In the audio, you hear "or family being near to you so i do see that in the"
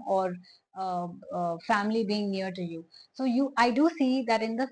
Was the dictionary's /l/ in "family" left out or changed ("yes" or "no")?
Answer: no